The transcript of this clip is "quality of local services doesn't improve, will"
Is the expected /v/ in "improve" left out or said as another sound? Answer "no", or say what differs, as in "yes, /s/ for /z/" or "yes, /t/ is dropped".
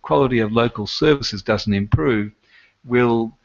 no